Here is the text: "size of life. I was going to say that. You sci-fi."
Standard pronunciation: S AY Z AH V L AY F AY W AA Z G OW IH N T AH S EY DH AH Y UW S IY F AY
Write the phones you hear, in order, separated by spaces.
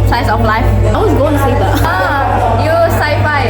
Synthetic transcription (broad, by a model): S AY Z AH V L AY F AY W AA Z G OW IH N S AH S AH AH Y UW S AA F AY